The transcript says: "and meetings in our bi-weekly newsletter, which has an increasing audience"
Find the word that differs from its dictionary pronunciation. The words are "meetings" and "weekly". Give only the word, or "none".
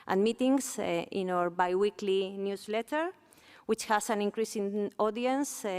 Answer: meetings